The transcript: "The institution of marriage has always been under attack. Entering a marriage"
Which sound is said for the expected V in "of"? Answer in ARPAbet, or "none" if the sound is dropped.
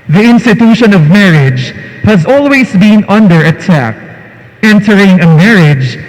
V